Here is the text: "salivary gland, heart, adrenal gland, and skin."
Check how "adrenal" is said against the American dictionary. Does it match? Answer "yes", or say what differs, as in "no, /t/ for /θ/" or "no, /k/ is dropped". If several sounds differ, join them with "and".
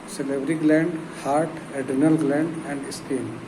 no, /ɹ/ is dropped